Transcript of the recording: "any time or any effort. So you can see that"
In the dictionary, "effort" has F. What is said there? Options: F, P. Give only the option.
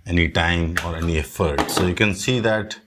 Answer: F